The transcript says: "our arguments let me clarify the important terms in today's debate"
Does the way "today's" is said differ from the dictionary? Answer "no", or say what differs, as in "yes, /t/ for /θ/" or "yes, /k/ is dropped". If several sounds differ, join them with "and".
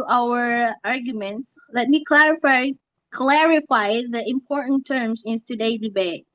yes, /z/ is dropped